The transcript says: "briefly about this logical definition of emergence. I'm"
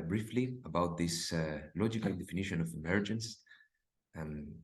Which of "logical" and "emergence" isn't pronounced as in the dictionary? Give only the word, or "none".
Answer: none